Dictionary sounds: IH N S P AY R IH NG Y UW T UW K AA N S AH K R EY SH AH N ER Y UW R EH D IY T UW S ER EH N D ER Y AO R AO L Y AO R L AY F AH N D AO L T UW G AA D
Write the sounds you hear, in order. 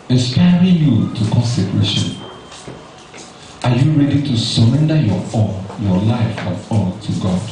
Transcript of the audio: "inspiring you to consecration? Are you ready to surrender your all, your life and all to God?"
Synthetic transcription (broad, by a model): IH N S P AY R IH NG Y UW T UW K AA N S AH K R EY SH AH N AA Y UW R EH D IY T UW S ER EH N D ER Y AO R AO N Y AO L AY F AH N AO N T UW G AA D